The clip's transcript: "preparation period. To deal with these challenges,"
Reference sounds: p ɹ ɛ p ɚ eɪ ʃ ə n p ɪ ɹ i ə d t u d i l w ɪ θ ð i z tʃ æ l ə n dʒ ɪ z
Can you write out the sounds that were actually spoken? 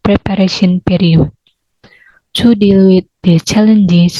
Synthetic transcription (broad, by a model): p ɹ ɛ p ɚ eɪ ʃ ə n p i ɹ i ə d t u d i l w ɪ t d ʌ tʃ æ l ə n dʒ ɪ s